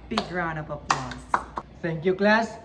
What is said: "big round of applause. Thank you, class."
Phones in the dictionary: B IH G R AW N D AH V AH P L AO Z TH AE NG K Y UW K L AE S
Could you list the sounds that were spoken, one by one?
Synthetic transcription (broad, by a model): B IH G R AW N AH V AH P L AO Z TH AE NG K Y UW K L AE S